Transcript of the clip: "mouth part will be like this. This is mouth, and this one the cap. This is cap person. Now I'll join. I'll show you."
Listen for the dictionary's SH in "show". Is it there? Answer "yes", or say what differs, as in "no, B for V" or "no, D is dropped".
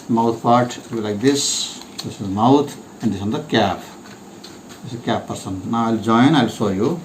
no, S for SH